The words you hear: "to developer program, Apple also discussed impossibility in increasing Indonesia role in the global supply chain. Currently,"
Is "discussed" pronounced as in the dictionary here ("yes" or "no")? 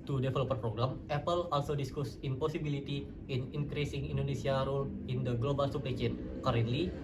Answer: no